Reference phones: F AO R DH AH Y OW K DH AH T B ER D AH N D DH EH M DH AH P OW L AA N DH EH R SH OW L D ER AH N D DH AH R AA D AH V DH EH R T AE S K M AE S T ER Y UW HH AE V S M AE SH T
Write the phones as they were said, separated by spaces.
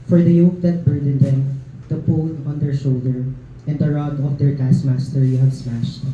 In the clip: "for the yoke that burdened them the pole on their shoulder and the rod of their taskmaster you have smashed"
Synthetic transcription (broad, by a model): F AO R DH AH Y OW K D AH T B ER D AH N D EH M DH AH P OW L AA N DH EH R SH OW L D ER AH N D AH R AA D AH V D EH R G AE S M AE S T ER Y UW HH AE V S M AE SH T